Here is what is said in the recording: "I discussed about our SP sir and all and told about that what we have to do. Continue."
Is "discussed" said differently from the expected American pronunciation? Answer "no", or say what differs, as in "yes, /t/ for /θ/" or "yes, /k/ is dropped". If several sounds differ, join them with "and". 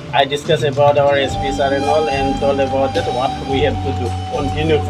yes, /t/ is dropped